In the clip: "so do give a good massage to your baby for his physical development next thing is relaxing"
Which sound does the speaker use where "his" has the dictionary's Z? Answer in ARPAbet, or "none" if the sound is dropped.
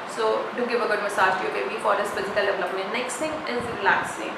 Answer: S